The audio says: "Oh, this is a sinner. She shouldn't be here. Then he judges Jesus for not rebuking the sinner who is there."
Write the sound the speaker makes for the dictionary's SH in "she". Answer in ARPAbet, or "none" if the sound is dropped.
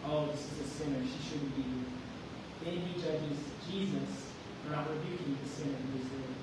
SH